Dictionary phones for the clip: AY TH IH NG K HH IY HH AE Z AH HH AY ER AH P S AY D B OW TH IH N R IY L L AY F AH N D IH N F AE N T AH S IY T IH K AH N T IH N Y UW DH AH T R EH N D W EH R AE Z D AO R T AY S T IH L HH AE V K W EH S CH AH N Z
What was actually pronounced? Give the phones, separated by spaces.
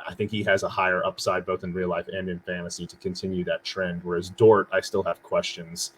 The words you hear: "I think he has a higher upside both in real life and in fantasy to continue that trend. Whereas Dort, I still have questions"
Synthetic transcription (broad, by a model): AY TH IH NG K HH IY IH Z AH HH AY ER AH P S AY D B OW TH IH N R IY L L AY F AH N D IH N F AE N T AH S IY T IH K AH N T IH N Y UW DH AH T R EH N D W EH R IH Z D AO R T AY S T IH L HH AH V K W EH S CH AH N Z